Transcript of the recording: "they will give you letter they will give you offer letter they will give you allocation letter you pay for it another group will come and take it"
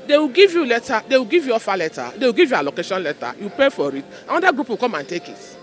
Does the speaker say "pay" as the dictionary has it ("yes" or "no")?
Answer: yes